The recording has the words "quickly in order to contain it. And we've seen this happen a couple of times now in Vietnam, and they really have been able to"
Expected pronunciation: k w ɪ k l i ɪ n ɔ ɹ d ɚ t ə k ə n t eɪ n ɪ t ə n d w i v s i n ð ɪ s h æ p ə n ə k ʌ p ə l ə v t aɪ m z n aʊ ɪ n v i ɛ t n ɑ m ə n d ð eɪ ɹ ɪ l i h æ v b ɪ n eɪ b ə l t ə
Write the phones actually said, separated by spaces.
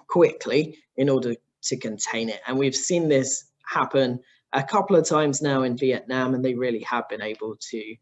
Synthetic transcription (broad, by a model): k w ɪ k l i ɪ n ɔ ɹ d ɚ t ə k ə n t eɪ n ɪ t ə n w i v s i n ð ɪ s h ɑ p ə n ə k ʌ p l ə v t aɪ m z n aʊ ɪ n v i ɛ t n ɑ m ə n ð eɪ ɹ ɪ l i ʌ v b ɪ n eɪ b ə l t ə